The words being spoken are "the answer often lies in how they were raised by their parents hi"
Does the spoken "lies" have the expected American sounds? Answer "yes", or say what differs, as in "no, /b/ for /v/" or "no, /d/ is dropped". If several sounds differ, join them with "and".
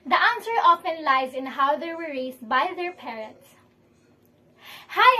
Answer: yes